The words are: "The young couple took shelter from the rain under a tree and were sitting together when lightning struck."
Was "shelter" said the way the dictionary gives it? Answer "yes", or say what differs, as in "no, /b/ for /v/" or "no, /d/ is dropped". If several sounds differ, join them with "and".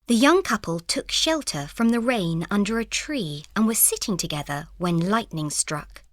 yes